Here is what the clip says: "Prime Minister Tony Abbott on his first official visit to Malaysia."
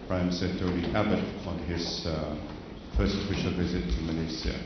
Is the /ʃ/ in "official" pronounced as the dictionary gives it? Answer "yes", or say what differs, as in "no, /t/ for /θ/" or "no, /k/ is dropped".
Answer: yes